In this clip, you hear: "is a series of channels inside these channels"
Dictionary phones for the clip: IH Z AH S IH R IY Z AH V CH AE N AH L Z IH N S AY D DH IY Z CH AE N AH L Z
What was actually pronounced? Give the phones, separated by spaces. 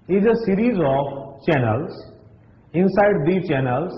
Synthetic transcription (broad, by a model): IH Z AH S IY R IY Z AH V CH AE N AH L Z IH N S AY D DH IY CH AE N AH L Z